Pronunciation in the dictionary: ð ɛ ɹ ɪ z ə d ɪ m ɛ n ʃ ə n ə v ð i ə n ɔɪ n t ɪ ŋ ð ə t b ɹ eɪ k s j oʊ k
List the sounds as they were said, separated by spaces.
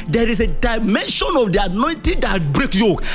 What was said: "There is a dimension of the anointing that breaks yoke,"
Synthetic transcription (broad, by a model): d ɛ ɹ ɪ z ə d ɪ m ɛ n ʃ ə n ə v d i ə n ɔɪ n t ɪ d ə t b ɹ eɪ k j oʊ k